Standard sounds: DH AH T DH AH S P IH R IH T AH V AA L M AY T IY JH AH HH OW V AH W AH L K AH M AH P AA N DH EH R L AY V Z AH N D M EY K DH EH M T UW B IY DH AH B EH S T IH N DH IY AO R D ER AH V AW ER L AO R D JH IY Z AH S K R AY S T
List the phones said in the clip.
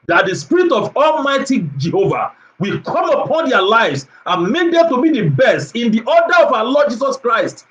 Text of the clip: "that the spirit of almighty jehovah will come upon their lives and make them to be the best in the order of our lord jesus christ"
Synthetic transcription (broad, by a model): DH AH T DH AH S P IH R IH T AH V AA L M AY T IY JH AH HH OW V AH W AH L K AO M AH P AA N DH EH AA L AY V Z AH N M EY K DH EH M T UW B IY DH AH B EH S T IH N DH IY AO D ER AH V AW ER L AO D JH IY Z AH S K R AY S T